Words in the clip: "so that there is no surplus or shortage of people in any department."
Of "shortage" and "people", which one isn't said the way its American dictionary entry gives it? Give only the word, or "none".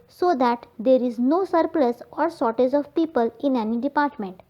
shortage